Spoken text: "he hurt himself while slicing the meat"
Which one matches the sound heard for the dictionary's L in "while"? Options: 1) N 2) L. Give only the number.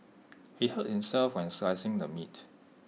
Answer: 1